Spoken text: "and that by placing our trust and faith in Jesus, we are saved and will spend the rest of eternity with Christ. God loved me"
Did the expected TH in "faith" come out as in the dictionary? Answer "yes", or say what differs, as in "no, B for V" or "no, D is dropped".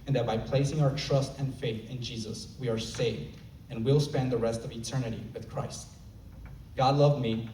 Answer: yes